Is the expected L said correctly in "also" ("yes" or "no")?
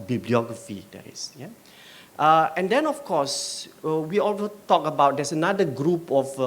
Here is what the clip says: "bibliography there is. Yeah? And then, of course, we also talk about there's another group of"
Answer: yes